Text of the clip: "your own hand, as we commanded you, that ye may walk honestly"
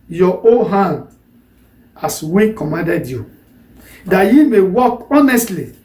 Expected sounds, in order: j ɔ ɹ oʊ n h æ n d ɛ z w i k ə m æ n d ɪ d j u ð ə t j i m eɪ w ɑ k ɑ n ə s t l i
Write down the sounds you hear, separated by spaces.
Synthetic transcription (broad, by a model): j ɔ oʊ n h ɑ n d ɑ s w i k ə m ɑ n d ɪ d j u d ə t j i m eɪ w ɑ k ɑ n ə s t l i